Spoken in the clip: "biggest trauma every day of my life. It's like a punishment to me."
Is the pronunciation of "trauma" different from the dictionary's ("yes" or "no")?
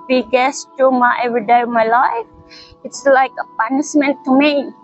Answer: yes